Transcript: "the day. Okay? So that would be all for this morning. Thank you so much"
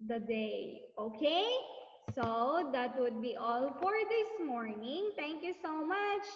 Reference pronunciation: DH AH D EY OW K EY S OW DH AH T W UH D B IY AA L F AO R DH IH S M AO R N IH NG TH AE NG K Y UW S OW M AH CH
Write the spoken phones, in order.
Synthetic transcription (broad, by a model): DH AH D EY OW K EY S OW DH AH T W UH D B IY AA L F AO R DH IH S M AO R N IH NG T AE NG K Y UW S OW M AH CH